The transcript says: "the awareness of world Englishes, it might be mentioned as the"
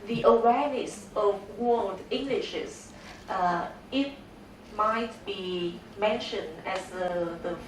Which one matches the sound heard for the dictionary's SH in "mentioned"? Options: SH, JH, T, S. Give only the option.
SH